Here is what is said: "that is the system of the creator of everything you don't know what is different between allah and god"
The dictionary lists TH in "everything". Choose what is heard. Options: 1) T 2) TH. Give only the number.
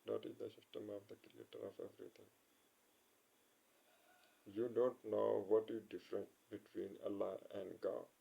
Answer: 1